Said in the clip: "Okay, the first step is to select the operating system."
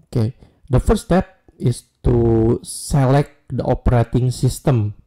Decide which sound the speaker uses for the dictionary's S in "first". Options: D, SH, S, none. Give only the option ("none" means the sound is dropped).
none